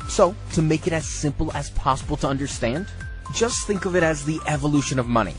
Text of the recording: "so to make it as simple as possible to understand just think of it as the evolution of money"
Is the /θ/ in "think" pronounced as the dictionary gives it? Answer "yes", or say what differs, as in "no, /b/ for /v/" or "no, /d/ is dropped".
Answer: yes